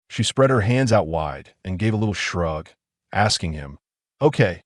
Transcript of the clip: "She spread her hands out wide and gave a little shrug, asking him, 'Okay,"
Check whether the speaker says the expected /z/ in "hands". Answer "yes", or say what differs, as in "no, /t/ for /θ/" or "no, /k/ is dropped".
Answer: yes